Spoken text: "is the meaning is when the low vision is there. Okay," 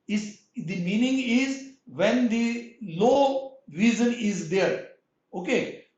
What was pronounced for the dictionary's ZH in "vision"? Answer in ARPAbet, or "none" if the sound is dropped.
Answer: Z